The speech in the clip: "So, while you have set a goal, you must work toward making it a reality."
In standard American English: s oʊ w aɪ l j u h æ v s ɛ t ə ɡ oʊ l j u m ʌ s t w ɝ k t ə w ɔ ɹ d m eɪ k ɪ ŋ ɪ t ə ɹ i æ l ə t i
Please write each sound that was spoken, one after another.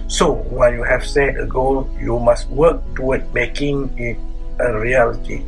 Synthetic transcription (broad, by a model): s oʊ w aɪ n j u h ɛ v s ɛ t ə ɡ oʊ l j u m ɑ s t w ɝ k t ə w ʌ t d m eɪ k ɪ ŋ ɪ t ə ɹ i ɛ l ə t i